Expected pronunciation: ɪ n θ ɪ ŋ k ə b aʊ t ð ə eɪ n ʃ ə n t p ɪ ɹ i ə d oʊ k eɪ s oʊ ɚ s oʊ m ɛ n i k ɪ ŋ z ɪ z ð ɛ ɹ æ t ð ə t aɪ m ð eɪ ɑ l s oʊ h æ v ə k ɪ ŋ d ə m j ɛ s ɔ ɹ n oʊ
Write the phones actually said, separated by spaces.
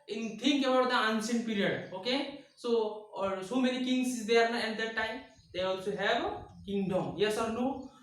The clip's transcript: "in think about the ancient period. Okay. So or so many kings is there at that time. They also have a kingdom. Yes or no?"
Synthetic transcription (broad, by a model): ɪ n t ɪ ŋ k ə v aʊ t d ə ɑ n s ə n p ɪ ɹ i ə d oʊ k eɪ s oʊ s oʊ m ɛ n i k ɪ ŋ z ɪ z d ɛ ɹ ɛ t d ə t aɪ m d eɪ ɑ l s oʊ h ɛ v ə k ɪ ŋ d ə m j ɛ s ɔ ɹ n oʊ